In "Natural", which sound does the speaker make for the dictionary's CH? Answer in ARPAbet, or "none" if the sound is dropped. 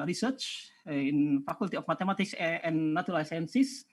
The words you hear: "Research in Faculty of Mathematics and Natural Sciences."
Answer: none